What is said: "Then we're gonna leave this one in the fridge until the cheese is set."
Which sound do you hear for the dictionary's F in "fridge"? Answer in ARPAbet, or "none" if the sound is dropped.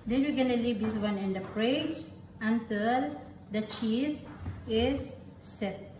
P